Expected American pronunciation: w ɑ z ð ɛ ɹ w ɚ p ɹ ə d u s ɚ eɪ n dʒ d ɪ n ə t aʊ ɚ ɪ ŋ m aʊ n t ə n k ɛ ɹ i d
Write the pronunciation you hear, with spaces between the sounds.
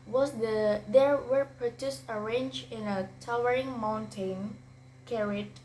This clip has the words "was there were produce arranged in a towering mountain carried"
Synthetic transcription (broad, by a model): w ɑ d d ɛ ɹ w ɚ p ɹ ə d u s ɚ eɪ n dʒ ɪ n ə t aʊ ɚ ɪ ŋ m aʊ n t ə n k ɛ ɹ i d